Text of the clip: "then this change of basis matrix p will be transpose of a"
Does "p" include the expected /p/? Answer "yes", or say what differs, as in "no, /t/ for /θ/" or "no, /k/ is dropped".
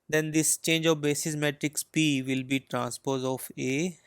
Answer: yes